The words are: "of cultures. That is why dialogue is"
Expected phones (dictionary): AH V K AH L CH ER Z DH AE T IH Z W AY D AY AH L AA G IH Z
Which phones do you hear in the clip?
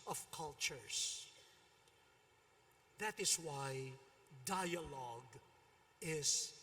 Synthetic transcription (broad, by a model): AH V K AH L CH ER S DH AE T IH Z W AY D AY AH L AA G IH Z